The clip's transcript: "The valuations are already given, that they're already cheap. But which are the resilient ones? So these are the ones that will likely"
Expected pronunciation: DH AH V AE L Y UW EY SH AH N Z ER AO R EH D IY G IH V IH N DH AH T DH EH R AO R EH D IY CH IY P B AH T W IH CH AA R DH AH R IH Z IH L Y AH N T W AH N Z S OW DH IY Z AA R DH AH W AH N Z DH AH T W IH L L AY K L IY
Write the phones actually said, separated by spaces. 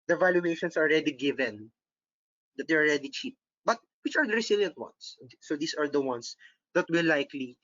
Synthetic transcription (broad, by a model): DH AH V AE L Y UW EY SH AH N S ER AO R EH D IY G IH V IH N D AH T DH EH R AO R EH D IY CH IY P B AH T W IH CH AA R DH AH R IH S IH L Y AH N T W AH N S OW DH IY S AA R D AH W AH N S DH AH T W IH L L AY K L IY